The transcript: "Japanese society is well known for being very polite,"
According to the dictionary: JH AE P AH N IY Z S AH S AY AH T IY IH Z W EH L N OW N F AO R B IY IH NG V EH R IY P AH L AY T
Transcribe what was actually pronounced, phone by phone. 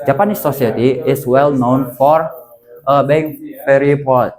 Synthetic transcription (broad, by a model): JH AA P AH N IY S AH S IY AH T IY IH S W EH L N OW N F AO R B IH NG F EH R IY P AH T